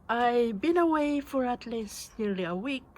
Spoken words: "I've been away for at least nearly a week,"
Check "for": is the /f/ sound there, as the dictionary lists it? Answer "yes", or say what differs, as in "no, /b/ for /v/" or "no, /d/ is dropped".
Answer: yes